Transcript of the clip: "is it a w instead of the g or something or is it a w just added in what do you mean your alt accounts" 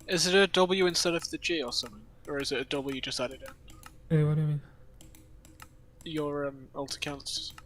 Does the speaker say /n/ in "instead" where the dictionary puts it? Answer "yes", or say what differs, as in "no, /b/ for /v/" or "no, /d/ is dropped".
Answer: yes